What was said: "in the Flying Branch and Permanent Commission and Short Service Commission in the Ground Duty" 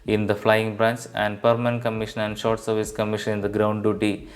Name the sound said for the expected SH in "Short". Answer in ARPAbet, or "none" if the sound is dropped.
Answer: SH